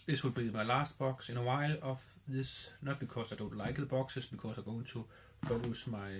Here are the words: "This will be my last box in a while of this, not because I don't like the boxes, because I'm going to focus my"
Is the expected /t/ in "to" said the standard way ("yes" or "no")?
no